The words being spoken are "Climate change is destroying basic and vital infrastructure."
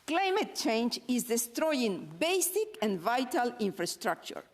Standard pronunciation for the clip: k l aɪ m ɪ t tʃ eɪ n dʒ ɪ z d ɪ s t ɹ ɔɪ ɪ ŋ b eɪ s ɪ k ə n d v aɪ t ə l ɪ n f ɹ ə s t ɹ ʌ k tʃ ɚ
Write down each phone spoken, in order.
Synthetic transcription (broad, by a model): k l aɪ m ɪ t tʃ eɪ n dʒ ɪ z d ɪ s t ɹ ɔɪ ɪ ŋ b eɪ s ɪ k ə n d v aɪ t ə l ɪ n f ɹ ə s t ɹ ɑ k tʃ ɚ